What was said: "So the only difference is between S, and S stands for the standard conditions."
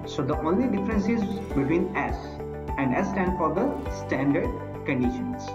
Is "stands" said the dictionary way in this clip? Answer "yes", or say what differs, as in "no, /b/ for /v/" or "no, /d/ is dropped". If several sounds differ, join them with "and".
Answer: no, /z/ is dropped